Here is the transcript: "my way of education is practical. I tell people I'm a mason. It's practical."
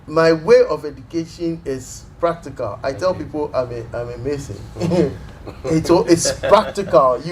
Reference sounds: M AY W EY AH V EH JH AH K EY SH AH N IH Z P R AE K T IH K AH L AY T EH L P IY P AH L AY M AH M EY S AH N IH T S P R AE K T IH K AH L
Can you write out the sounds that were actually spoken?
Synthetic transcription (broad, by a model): M AY W EY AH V EH JH AH K EY SH AH N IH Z P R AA K T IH K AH L AY T EH L P IY P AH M AY M AH M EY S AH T IH T S P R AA K T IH K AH L